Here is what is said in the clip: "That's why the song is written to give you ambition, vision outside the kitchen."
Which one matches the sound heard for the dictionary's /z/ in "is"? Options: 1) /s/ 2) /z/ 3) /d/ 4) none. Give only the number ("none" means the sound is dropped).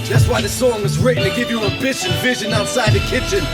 2